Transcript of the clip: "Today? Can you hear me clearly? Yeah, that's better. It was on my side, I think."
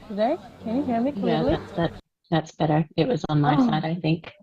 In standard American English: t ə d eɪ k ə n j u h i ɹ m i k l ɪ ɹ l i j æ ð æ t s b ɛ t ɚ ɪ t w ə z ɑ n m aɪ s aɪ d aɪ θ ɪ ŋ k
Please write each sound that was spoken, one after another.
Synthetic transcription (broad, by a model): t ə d eɪ k ə n j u h i ɹ m i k w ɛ l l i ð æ ð æ t s b ɛ t ɚ ɪ t w ə z n m aɪ s aɪ d aɪ θ ɪ ŋ k